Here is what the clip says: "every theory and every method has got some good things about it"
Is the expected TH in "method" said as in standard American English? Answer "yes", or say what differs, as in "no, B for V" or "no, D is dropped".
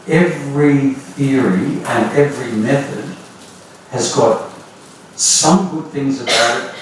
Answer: yes